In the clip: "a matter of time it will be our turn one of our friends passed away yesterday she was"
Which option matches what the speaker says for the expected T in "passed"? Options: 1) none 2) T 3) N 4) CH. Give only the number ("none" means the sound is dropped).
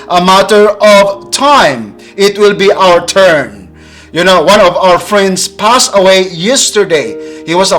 1